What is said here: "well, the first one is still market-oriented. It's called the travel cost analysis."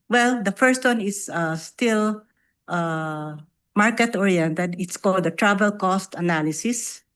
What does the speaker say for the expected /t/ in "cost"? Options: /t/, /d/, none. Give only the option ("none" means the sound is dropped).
/t/